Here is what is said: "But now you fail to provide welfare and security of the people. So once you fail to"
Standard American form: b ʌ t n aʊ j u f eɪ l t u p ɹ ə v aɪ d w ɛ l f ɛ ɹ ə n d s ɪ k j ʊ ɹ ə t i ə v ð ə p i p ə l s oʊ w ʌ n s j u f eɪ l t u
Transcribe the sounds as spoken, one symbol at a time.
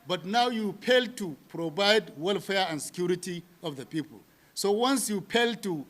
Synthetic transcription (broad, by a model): b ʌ t n aʊ j u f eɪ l t u p ɹ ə b aɪ d w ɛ l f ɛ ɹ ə n s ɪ k j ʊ ɹ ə t i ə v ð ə p i p ə l s oʊ w ʌ n s j u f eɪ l t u